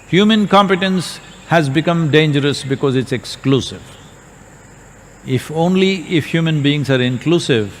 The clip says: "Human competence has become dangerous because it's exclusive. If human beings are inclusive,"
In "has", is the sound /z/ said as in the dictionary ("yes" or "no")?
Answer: yes